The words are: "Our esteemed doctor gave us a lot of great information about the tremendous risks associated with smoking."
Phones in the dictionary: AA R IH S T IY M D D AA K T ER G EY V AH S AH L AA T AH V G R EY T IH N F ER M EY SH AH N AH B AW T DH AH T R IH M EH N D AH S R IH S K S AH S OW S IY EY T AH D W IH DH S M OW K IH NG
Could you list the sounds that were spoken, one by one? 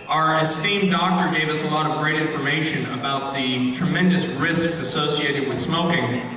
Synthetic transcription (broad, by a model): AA R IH S T IY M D D AA K T ER G EY V AH S AH L AA T AH V G R EY T IH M F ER M EY SH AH N AH B AW T DH AH T R IH M EH N D AH S R IH S K S AH S OW S IY EY T AH D W IH DH S M OW K IH NG